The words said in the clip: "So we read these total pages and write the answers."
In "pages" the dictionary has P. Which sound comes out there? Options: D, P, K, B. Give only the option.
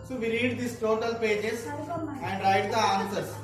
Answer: P